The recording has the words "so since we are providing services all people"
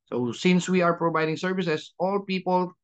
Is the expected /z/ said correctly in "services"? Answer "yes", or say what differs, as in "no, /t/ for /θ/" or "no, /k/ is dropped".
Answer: no, /s/ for /z/